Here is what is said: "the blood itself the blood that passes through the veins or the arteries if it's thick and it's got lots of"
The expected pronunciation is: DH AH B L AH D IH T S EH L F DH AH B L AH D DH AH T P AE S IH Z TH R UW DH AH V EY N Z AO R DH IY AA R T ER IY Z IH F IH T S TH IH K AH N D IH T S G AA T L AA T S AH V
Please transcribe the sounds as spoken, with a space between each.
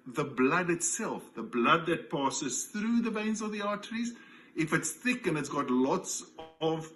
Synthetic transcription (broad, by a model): DH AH B L AH D IH T S EH L F DH AH B L AH D DH AH T P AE S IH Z TH R UW DH AH V EY N Z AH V DH IY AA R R IY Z IH F IH T S TH IH K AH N IH T S G AA T L AA T S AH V